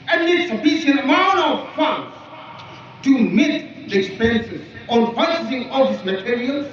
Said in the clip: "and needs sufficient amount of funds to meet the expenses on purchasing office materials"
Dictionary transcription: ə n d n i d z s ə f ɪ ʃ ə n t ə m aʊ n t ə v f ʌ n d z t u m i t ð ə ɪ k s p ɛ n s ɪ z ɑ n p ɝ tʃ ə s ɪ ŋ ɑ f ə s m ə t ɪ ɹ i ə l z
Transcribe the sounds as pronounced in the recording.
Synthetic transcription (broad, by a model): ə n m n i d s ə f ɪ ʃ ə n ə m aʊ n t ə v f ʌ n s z t u m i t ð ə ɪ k s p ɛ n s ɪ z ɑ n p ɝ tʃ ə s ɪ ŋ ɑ ə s m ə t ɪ ɹ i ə l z